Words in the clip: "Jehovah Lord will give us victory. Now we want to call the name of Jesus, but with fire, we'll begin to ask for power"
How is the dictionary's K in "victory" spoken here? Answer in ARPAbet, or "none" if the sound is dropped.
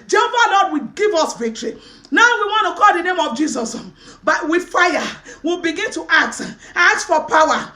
K